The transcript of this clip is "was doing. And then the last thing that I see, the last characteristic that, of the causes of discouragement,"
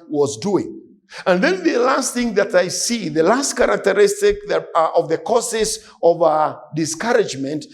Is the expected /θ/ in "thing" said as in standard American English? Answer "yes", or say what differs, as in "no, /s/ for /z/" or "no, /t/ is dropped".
yes